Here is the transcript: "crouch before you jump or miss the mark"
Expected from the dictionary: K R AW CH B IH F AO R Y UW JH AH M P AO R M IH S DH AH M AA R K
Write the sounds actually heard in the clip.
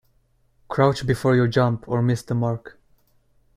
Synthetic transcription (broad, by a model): K R AW CH B IH F AO R Y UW JH AH M P AO R M IH S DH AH M AA R K